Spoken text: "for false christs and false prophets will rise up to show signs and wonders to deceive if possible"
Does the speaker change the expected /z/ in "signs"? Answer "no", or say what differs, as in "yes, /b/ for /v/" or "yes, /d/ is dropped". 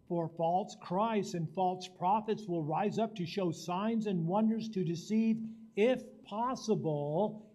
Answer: no